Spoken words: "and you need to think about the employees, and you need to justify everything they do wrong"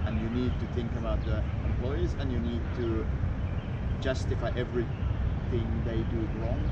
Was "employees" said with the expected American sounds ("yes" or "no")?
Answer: yes